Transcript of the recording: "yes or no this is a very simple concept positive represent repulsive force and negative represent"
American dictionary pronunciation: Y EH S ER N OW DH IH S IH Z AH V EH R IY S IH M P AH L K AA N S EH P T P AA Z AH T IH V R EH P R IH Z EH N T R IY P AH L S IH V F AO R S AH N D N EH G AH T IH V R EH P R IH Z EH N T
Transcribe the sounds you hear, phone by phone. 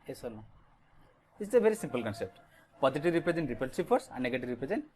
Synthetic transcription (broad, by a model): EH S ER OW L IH IH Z AH V EH R IY S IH M P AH L K AA N S EH P T P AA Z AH T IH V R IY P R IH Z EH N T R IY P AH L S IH P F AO R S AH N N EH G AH T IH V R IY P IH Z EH N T